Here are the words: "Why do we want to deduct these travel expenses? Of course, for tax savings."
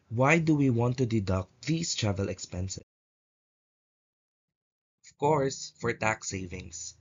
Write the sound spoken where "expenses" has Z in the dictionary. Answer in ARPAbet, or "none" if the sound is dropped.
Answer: none